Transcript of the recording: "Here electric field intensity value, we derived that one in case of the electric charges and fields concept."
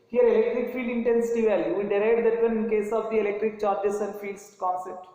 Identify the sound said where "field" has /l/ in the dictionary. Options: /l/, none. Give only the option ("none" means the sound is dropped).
none